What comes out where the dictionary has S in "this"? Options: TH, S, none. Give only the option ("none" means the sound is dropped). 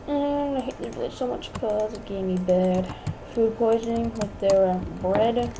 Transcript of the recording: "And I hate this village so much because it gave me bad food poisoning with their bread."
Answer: none